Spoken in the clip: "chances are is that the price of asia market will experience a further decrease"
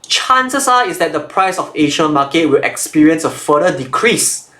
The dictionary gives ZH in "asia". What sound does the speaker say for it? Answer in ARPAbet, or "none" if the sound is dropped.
SH